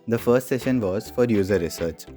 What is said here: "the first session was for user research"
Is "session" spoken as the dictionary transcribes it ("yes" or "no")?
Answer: yes